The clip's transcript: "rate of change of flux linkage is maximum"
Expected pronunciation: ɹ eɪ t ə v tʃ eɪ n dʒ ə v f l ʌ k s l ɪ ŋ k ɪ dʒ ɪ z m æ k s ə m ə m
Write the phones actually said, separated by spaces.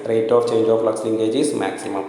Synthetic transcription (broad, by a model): ɹ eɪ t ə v tʃ eɪ n dʒ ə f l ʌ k s l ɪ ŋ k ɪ dʒ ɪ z m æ k s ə m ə m